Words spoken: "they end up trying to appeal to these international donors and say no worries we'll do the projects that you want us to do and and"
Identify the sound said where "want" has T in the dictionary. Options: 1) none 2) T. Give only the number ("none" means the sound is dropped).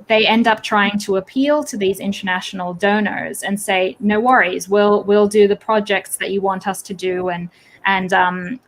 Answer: 2